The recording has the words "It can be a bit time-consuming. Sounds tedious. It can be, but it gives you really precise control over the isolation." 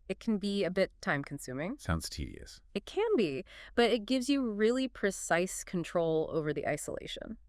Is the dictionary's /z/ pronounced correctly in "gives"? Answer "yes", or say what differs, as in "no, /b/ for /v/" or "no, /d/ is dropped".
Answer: yes